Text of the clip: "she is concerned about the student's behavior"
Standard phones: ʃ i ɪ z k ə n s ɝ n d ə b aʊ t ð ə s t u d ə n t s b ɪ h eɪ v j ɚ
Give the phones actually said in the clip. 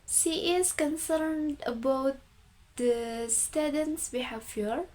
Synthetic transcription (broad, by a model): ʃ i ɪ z k ə n s ɝ n d ə b aʊ t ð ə s t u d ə n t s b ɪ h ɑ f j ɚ